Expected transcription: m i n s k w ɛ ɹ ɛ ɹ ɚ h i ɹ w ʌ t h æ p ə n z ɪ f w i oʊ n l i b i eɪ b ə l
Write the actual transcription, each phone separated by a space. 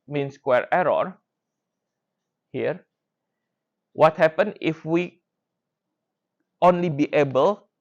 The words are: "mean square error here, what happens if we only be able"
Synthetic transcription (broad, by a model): m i n s k w ɛ ɹ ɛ ɹ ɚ h i ɹ w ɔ t h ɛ p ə n ɪ f w i oʊ n l i b i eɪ b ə l